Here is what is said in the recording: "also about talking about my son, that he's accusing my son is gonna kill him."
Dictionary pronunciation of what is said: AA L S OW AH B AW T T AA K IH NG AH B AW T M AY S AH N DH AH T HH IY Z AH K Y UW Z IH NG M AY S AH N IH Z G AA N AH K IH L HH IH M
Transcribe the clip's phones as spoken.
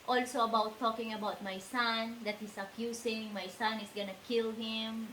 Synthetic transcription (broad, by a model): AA L S OW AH B AW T T AA K IH NG AH B AW T M AY S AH N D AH T HH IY S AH K Y UW S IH NG M AY S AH N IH S G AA N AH K IH L HH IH M